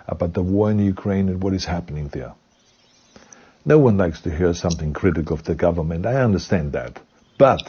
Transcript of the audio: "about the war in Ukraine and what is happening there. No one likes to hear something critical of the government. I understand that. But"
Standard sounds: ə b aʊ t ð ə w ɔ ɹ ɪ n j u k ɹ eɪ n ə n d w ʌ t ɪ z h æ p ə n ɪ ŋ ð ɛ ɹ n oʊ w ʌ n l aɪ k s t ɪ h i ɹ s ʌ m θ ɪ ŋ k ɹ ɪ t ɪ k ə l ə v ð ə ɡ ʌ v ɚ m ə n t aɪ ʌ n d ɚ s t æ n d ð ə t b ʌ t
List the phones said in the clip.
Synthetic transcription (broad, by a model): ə b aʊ t ð ə w ɔ ɹ ɪ n j u k ɹ eɪ n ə n w ʌ t ɪ z h æ p ə n ɪ ŋ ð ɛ ɹ n oʊ w ʌ n l aɪ k s t ɪ h i ɹ s ʌ m θ ɪ ŋ k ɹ ɪ t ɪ k l ə v ð ə ɡ ʌ v ɚ m ə n t aɪ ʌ n d ɚ s t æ n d ð ə t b ʌ t